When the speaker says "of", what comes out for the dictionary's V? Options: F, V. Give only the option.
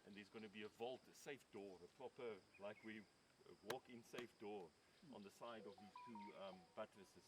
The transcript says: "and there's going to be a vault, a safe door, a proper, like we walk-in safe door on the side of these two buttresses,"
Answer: V